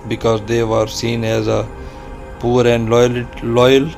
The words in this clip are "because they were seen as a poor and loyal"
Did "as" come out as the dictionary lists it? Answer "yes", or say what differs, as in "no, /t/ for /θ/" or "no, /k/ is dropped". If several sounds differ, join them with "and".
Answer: yes